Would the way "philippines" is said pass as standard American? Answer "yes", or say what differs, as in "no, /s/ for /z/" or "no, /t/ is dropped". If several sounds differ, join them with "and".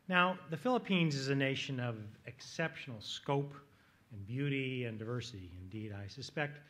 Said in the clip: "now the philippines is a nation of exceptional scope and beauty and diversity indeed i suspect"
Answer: yes